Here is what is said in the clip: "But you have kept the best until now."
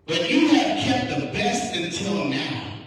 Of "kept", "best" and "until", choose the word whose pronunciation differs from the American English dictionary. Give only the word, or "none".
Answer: none